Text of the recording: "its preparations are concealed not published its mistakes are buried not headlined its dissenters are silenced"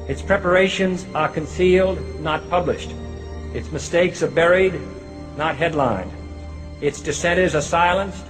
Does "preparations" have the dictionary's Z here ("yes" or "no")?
yes